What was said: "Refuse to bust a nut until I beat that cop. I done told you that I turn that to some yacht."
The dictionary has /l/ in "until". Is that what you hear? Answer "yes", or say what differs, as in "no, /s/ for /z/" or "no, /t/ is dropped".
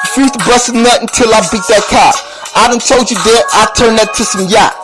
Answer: yes